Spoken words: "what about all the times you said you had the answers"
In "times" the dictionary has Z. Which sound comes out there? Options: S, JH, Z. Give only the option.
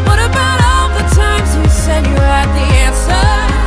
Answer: Z